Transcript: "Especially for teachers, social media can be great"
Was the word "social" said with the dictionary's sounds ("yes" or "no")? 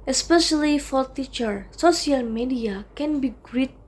no